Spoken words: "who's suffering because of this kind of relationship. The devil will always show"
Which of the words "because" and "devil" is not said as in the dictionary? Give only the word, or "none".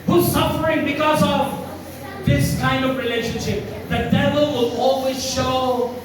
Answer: none